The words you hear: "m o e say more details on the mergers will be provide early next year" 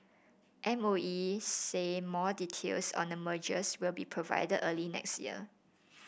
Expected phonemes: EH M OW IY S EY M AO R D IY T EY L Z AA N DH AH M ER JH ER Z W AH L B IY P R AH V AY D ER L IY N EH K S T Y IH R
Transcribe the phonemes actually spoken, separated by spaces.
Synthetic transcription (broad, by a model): EH M OW IY S EY M AO D IY T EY L S AA N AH M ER JH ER S W AH L B IY P R AH V AY D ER L IY N EH K S T Y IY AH